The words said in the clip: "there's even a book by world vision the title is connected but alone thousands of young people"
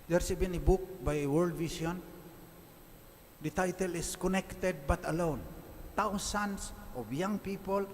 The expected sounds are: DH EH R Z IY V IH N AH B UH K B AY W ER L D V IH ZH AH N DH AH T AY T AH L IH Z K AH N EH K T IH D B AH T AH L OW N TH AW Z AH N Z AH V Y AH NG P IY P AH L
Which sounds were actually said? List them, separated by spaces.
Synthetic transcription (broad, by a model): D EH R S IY B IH N AH B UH K B AY W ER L D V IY S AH N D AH T AY T AH L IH S K AH N EH K T IH D B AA T AH L OW N T AW S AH N S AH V Y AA NG P IY P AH L